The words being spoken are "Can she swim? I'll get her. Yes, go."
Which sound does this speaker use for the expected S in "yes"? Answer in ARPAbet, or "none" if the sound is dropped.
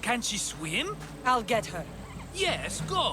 S